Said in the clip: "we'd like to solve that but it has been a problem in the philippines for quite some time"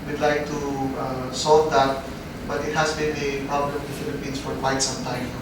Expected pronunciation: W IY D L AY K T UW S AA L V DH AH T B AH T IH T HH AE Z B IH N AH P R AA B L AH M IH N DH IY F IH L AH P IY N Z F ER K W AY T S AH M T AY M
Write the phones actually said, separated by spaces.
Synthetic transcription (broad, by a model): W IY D L AY K T UW S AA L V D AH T B AH T IH T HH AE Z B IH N AH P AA L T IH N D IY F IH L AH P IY N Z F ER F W AY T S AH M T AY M